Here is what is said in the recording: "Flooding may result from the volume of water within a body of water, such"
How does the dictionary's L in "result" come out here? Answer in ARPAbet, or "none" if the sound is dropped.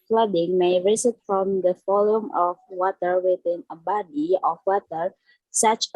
none